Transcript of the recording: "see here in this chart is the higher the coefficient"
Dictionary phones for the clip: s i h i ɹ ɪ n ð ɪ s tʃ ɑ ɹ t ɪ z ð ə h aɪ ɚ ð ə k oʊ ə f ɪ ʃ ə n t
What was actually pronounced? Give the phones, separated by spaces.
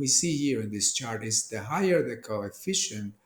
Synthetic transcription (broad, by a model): s i h i ɹ ɪ n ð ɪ s tʃ ɑ ɹ t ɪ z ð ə h aɪ ɚ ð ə k oʊ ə f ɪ ʃ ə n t